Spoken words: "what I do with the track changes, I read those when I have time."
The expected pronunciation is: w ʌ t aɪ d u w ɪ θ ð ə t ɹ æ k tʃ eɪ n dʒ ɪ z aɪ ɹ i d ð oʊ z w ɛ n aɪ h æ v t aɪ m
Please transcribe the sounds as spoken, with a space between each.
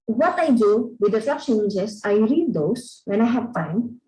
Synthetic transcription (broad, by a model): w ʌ t aɪ d u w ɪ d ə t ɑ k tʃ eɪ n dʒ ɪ s aɪ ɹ i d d oʊ s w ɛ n aɪ h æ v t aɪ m